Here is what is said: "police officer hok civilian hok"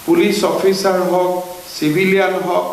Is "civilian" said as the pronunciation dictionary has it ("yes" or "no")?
no